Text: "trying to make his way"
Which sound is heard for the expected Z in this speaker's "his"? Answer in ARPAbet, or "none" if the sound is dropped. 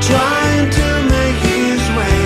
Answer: Z